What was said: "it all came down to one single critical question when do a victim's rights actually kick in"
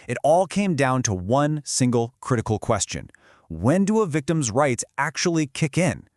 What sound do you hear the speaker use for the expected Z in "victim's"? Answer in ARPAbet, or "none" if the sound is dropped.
Z